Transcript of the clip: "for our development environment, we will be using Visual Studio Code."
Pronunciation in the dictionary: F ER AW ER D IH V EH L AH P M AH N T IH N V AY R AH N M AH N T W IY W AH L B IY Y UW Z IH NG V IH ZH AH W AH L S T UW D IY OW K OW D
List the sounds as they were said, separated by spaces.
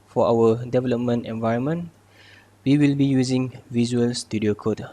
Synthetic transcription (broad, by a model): F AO AW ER D IH V EH L AH P M AH N T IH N V AY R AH N M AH N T W IY W AH L B IY Y UW Z IH NG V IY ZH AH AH L S T UW D IY OW K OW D